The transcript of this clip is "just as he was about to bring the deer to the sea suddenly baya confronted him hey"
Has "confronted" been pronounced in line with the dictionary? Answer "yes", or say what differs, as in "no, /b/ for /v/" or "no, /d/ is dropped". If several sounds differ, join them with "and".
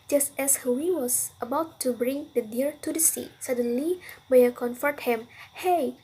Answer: no, /ɹ/ is dropped